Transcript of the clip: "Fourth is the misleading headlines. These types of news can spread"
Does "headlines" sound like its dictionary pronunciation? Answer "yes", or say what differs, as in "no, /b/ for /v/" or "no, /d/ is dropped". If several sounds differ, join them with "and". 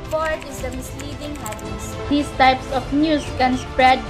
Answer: no, /l/ is dropped